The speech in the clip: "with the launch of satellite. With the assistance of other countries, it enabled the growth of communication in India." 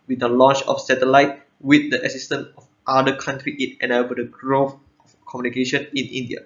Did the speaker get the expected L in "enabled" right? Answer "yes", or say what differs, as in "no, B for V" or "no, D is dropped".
no, L is dropped